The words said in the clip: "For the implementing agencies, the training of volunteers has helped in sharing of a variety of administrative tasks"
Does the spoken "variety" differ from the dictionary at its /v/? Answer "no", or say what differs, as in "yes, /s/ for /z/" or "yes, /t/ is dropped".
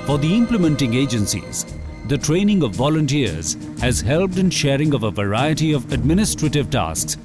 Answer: no